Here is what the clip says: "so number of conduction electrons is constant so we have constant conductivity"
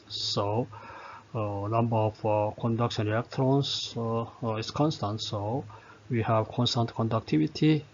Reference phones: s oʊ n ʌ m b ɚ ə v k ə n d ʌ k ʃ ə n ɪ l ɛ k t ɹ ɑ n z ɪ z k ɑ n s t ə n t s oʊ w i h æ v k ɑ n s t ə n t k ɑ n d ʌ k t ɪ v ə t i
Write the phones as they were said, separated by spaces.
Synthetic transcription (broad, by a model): s oʊ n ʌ m b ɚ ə f k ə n d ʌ k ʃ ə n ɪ ɛ k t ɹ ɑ n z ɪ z k ɑ n s t ə n t s oʊ w i h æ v k ɑ n s t ə n t k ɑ n d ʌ k t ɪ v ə t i